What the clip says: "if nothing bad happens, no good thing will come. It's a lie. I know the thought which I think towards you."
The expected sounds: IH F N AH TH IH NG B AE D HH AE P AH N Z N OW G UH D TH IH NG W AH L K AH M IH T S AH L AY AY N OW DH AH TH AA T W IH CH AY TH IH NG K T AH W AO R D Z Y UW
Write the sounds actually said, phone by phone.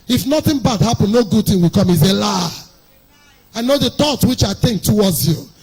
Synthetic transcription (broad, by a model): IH F N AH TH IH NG B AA D HH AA P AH N N OW G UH D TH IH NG W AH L K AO M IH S AH L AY AY N OW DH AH T AA T W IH CH AY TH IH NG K T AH W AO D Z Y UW